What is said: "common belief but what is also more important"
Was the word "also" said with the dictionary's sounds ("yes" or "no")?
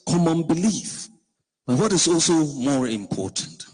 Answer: yes